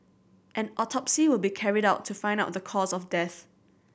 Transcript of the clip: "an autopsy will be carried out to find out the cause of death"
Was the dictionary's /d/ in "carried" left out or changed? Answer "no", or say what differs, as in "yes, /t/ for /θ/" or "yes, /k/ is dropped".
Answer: no